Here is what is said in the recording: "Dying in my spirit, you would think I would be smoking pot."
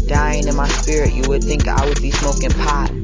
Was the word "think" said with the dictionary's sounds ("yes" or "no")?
yes